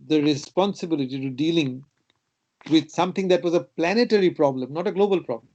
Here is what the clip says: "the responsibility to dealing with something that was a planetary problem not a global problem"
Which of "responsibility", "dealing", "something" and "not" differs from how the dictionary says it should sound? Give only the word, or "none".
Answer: something